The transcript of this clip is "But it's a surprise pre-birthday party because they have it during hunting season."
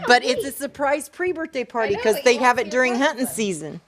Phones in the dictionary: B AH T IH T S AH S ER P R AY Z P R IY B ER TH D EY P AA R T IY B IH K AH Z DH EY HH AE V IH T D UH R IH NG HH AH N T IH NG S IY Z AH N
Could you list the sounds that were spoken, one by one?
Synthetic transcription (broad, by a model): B AH T IH T S AH S ER P R AY Z P R IY B ER TH D EY P AA R T IY K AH Z DH EY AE V IH T D UH R IH NG HH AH T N S IY Z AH N